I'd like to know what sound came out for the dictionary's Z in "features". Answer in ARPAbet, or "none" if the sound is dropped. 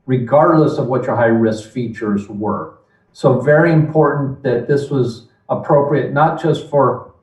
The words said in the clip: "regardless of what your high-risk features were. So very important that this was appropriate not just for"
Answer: Z